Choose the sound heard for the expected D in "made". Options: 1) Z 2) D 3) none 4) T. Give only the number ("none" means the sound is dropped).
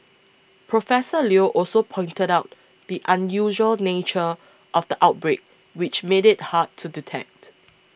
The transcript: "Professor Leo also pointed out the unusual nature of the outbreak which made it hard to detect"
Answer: 2